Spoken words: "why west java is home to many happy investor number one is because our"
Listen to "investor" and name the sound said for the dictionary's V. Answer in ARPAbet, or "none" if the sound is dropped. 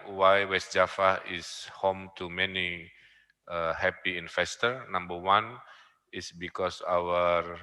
F